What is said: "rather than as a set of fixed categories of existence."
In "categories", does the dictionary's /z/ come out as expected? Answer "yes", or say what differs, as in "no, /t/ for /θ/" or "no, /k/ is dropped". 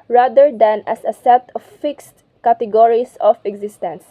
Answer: no, /s/ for /z/